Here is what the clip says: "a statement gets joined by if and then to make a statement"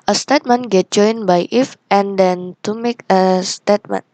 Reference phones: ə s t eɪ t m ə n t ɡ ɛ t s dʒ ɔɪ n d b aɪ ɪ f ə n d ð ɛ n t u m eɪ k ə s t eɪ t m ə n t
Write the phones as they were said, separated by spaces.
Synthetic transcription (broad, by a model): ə s t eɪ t m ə n ɡ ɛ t dʒ ɔɪ n b aɪ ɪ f ə n d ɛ n t u m eɪ k ə s t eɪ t m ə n